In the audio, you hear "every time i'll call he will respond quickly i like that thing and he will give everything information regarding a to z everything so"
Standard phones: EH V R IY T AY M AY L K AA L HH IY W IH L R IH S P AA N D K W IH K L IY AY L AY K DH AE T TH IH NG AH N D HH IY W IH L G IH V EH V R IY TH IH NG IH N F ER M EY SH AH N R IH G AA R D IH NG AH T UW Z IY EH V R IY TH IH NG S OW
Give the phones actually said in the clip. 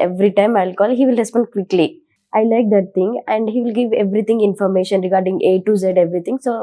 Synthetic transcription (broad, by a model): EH V R IY T AY M AY L K AA L HH IY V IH L R IH S P AA N D K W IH K L IY AY L AY K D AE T T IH NG AH N D HH IY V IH L G IH V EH V R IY T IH NG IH N F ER M EY SH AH N R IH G AA R D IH NG AH T UW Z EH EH V R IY T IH NG S OW